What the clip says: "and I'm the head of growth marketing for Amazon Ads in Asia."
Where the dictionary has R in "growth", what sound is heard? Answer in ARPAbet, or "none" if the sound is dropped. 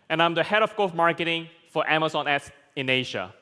none